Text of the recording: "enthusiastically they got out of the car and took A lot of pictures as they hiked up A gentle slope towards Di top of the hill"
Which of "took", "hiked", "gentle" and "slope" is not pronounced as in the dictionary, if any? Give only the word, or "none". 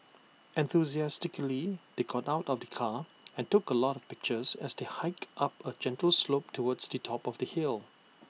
none